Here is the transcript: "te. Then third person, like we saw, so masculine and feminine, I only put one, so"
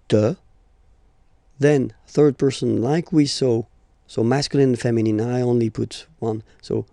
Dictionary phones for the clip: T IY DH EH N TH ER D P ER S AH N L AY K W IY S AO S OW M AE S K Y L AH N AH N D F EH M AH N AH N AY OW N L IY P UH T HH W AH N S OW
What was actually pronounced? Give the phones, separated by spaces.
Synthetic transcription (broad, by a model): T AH DH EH N TH ER D P ER S AH N L AY K W IY S AO S OW M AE S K Y AH L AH N F EH M AH N AH N AY OW N L IY P UH T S W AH N S OW